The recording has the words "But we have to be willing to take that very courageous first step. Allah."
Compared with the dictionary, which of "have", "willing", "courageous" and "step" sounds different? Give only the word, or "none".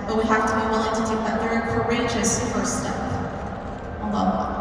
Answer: have